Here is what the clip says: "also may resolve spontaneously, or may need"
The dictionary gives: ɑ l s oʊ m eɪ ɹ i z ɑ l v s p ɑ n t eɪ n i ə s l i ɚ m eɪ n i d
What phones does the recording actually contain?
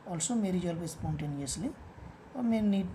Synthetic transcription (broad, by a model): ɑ l s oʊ m eɪ ɹ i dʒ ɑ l p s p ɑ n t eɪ n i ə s l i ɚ m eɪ n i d